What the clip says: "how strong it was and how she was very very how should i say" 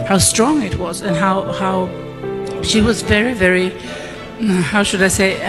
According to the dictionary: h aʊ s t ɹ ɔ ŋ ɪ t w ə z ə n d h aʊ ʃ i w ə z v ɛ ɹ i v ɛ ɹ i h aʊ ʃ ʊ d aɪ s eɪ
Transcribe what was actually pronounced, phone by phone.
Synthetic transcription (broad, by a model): h aʊ s t ɹ ɔ ŋ ɪ t w ə z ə n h h aʊ ʃ i w ə z v ɛ ɹ i v ɛ ɹ i h aʊ ʃ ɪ d aɪ s eɪ